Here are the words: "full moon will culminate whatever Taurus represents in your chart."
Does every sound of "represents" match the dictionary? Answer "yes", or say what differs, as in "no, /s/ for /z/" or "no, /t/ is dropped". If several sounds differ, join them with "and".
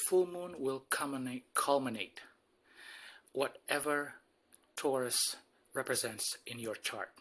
yes